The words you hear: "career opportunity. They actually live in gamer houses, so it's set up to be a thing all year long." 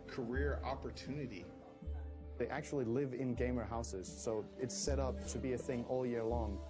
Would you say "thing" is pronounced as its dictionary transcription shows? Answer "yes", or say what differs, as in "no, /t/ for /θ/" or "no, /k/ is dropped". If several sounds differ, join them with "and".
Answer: yes